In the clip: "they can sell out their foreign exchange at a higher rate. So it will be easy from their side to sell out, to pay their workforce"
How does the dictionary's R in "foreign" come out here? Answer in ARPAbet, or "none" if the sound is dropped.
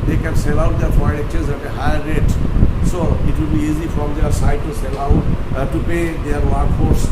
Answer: none